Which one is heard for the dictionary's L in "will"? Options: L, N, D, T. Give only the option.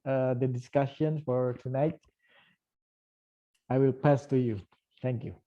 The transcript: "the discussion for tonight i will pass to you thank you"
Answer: L